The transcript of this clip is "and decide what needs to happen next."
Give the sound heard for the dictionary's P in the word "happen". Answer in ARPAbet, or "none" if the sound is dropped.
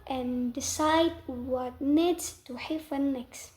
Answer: F